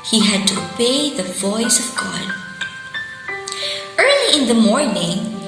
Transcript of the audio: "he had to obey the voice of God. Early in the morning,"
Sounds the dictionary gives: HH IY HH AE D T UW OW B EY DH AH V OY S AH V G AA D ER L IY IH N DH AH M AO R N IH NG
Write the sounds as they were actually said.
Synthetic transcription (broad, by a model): HH IY HH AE D T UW OW B EY DH AH V OY S AH V G AA D ER L IY IH N DH AH M AO R N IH NG